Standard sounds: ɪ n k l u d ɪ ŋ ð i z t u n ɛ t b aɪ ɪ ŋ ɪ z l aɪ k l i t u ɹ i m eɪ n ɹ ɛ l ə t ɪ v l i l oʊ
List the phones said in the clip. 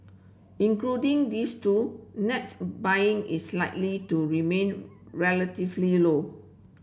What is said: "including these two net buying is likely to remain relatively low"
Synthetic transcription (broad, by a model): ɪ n k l u d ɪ ŋ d i s t u n ɛ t b aɪ ɪ ŋ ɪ s l aɪ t l i t u ɹ i m eɪ n ɹ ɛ l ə t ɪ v l i l oʊ